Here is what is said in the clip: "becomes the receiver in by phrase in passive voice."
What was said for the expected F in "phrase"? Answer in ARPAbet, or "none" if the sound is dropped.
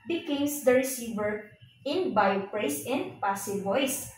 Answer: P